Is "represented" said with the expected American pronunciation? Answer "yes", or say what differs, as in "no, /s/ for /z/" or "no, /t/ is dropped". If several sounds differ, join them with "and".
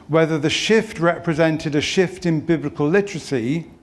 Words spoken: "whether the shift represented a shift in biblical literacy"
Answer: yes